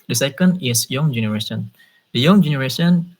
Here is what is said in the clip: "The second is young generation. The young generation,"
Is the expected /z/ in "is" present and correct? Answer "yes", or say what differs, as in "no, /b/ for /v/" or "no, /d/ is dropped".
no, /s/ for /z/